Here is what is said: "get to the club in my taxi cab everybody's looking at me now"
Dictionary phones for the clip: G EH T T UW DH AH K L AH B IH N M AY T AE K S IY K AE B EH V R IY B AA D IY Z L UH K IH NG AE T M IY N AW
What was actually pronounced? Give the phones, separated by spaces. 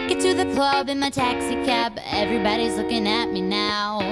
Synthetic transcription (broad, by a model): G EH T T UW DH AH K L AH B IH N M AY T AE K S IY K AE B EH V R IY B AA D IY Z L UH K IH NG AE T M IY N AW